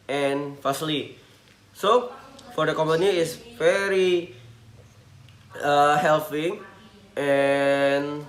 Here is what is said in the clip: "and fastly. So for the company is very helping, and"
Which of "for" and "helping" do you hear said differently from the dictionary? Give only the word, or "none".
helping